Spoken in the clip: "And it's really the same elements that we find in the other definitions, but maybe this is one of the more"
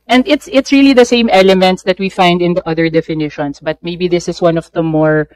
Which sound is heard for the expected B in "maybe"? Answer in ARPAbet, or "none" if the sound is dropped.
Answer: B